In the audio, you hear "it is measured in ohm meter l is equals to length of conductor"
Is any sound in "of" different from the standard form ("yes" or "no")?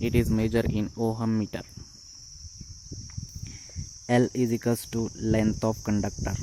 yes